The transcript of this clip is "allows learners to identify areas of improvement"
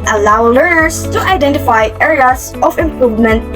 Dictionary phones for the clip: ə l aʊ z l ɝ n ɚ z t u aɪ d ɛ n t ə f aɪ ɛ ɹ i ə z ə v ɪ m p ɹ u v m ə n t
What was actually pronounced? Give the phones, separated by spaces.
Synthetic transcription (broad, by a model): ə l aʊ l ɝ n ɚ s t u aɪ d ɛ n t ə f aɪ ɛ ɹ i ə s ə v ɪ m p ɹ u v m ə n t